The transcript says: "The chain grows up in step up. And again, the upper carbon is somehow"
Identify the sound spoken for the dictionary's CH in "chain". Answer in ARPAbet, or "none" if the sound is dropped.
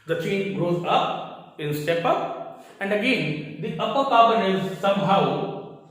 CH